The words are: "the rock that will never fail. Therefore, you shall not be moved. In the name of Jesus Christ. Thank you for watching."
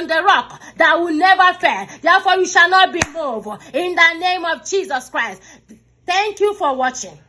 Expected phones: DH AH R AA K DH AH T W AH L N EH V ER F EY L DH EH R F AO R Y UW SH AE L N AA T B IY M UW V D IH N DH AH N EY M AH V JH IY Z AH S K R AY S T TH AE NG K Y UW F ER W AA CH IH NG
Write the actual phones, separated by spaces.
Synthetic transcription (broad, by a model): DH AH R AA K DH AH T W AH N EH V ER F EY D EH F AO Y UW SH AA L N AA T B IY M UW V IH N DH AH N EY M AH V JH IY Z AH S K R AY S T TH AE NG K Y UW F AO W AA CH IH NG